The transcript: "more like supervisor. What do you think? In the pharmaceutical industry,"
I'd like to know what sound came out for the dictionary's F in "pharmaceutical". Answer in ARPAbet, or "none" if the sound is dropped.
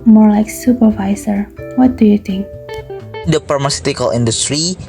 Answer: P